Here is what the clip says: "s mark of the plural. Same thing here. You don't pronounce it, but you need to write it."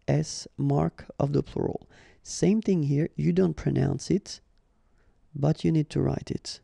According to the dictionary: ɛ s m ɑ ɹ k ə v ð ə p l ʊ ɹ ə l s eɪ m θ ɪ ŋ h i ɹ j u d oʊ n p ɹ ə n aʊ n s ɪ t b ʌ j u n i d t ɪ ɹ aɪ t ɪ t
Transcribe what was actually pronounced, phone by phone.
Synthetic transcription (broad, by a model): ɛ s m ɑ ɹ k ə v ð ə p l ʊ ɹ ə l s eɪ m θ ɪ ŋ h i ɹ j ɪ d oʊ n p ɹ ə n aʊ n s ɪ t b ʌ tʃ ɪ n i d t ɪ ɹ aɪ t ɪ t